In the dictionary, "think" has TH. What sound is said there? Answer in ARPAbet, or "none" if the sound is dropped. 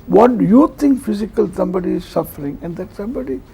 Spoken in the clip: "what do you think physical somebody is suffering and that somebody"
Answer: T